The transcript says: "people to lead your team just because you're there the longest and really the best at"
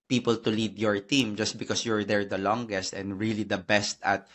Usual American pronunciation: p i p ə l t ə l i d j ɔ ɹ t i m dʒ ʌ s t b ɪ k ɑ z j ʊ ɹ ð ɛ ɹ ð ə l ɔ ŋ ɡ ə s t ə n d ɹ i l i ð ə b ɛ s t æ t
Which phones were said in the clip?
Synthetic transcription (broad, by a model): p i p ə l t ə l i d j ɔ ɹ t i m dʒ ʌ s t b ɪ k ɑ s j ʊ ɹ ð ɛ ɹ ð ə l ɔ ŋ ɡ ə s t ə n d ɹ i l i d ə b ɛ s t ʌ t